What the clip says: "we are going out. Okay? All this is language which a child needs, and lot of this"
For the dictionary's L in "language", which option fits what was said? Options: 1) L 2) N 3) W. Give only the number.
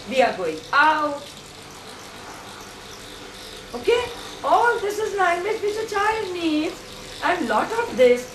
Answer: 2